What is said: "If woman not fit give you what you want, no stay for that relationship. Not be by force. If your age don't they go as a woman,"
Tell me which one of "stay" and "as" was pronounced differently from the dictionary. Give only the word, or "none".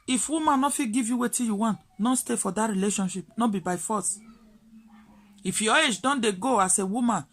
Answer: as